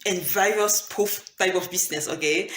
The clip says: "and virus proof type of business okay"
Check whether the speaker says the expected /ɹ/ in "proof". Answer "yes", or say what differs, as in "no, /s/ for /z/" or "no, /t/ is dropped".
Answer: no, /ɹ/ is dropped